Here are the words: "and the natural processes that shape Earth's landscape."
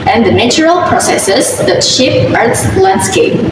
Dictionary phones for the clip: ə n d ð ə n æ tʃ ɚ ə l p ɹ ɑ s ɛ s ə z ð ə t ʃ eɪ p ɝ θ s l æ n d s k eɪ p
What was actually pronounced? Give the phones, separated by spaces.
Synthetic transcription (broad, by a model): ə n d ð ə n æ tʃ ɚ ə l p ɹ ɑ s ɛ s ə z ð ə t ʃ eɪ p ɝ t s l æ n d s k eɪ p